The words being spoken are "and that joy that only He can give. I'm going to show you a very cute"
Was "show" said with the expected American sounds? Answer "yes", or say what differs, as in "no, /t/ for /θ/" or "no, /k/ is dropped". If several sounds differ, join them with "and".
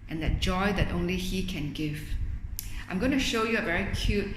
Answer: yes